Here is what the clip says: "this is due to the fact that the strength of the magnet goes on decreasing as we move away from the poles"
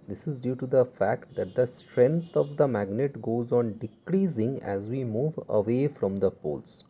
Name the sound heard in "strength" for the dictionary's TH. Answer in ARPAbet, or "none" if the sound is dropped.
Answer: T